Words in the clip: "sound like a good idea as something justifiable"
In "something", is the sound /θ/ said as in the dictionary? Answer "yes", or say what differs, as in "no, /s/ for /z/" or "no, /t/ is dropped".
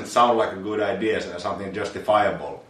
yes